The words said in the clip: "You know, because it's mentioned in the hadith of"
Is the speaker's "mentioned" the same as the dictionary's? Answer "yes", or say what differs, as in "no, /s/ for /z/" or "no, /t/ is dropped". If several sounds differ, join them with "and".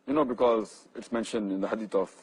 yes